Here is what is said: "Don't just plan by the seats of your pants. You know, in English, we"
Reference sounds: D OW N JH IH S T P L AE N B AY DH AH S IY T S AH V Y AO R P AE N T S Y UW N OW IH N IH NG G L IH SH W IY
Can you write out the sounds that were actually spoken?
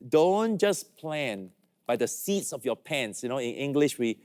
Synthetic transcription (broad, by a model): D OW N JH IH S P L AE N B AY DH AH S IY T S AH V Y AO P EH N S Y UW N OW IH N IH NG G L IH SH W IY